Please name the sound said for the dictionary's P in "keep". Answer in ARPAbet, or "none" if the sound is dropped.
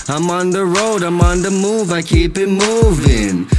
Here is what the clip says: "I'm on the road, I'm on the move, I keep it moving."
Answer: B